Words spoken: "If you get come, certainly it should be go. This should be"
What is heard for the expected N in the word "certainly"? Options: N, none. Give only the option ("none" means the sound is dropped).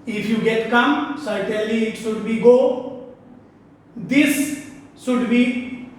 none